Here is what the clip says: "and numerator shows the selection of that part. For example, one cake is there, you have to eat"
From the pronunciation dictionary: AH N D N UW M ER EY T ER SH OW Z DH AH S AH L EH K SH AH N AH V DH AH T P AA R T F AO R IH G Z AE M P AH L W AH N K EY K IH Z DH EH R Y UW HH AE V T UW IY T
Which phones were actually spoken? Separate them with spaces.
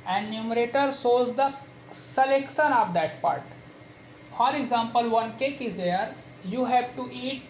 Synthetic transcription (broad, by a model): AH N D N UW M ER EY T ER S OW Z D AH S AH L EH K SH AH N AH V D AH T P AA R T F AO R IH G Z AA M P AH L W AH N K EY K IH Z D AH R Y UW HH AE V T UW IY T